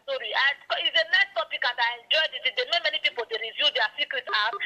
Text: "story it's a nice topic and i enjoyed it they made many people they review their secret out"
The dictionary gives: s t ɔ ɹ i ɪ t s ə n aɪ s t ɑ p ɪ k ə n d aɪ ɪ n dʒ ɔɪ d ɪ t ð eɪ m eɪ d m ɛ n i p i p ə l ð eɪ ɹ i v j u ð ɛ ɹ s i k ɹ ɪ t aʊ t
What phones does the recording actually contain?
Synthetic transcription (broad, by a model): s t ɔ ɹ i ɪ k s ə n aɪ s t ɑ p ɪ k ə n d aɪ ɪ n dʒ ɔɪ d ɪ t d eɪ m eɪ m ɛ n i p i p ə l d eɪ ɹ i v j u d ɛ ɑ s i k ɹ ɪ t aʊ